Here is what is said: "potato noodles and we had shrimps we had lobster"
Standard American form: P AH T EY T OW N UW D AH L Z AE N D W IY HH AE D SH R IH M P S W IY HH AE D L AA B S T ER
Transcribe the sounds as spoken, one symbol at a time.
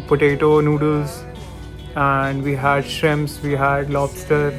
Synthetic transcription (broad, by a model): P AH T EY T OW N UW D AH L Z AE N D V IY HH AE D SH R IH M S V IY HH AE D L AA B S T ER